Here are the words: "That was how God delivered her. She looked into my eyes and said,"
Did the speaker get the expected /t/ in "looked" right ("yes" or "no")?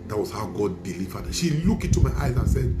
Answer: no